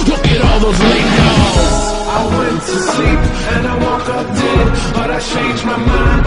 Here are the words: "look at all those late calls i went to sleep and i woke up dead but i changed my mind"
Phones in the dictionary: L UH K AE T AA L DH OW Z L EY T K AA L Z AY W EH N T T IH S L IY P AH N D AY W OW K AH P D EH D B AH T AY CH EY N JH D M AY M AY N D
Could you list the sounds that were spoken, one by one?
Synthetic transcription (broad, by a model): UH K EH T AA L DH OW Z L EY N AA Z AY W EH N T T IH S L IY P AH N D AY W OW K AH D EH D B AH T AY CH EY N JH M AY M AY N